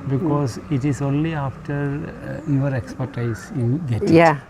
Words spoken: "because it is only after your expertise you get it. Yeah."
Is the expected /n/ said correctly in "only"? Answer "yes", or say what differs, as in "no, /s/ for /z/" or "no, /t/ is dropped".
yes